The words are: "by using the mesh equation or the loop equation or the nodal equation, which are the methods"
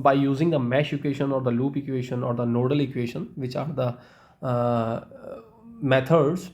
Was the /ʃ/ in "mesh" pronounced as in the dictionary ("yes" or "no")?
yes